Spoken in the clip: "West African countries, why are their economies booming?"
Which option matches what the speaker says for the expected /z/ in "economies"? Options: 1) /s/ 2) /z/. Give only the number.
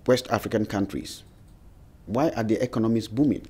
1